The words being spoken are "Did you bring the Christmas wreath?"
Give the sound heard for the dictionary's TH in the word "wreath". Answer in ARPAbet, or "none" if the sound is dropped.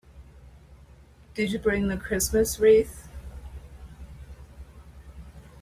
TH